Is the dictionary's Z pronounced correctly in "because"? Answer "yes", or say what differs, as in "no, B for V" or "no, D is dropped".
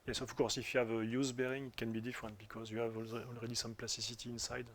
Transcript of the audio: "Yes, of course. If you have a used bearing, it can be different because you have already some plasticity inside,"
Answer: yes